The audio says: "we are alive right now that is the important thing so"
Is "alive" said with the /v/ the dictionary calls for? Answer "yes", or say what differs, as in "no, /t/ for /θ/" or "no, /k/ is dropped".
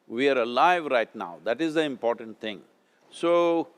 yes